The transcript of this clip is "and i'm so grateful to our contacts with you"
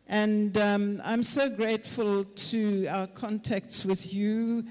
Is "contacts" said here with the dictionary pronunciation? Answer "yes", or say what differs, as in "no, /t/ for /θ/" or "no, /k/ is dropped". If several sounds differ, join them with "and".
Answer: yes